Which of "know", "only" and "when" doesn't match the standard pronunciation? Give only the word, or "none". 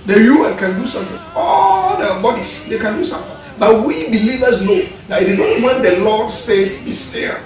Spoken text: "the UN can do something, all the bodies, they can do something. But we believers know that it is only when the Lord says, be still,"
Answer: only